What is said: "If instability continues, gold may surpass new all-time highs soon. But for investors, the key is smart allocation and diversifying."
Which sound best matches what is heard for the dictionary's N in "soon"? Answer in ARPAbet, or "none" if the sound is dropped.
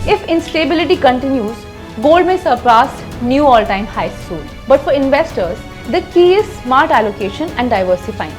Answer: L